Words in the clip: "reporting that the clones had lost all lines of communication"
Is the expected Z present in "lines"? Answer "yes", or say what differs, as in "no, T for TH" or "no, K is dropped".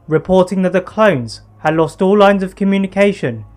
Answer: yes